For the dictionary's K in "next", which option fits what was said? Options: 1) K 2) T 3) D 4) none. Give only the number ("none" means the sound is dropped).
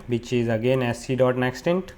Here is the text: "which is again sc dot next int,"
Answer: 1